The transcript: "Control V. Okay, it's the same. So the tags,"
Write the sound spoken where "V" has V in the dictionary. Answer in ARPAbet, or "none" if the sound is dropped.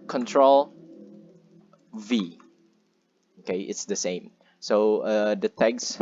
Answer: V